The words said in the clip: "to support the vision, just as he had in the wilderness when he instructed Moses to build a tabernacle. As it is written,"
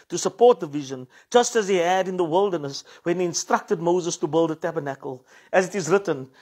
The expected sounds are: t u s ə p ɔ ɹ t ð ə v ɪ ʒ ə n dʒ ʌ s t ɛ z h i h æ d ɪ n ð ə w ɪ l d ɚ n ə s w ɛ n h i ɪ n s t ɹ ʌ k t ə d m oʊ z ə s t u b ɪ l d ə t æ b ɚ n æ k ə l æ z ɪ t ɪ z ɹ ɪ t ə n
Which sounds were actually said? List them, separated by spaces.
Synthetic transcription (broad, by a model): t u s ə p ɔ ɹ t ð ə v ɪ ʒ ə n dʒ ʌ s t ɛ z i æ d ɪ n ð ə w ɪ l d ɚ n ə s w ɛ n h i ɪ n s t ɹ ʌ k t ə d m oʊ z ə s t u b ɪ l d ə t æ b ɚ n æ k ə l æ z ɪ t ɪ z ɹ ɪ t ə n